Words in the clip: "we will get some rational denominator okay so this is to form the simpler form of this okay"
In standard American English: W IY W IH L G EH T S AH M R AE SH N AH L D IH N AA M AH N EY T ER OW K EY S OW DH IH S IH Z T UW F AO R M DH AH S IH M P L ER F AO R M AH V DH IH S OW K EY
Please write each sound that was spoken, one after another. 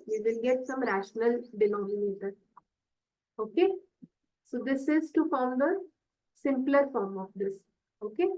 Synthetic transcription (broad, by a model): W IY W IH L G EH T S AH M R AE SH N AH L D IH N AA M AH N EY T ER OW K EY S OW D IH S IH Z T UW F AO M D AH S IH M P L ER F AO R M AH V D IH S OW K EY